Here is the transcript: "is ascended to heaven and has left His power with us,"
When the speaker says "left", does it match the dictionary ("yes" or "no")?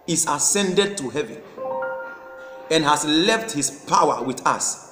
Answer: yes